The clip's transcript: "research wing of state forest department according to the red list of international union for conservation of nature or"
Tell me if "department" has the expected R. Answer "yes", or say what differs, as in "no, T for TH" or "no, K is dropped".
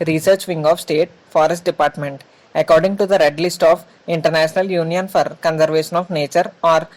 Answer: yes